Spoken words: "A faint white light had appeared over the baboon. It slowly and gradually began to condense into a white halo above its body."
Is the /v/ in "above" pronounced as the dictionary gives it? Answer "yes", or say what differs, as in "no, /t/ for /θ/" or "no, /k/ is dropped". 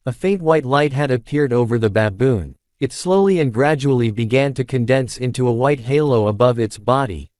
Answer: yes